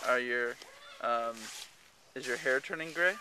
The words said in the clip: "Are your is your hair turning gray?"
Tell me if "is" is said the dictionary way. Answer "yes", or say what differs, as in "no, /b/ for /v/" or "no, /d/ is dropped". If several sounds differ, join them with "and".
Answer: yes